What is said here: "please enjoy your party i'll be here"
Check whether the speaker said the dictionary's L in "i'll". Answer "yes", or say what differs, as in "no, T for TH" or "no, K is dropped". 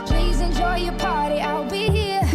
yes